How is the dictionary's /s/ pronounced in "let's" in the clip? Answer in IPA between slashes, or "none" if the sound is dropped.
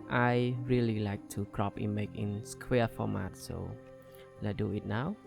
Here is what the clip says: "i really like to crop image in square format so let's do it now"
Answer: none